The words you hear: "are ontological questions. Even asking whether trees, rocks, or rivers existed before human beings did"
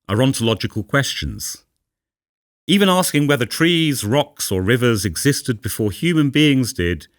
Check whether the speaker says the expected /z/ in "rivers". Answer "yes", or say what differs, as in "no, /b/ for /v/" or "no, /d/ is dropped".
yes